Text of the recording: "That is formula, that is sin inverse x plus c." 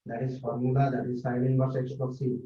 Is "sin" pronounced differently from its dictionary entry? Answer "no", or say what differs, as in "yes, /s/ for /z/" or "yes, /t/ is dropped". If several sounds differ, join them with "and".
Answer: yes, /l/ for /n/